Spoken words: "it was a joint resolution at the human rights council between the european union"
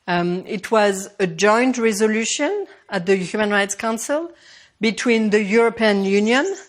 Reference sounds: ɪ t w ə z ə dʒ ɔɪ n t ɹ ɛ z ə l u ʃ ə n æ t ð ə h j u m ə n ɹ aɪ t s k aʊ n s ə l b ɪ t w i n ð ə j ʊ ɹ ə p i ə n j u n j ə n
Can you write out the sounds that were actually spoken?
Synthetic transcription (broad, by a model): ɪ t w ə z ə dʒ ɔɪ n t ɹ ɛ z ə l u ʃ ə n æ t ð ə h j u m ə n ɹ aɪ t s k aʊ n s ə l b ɪ t w i n ð ə j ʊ ɹ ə p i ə n j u n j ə n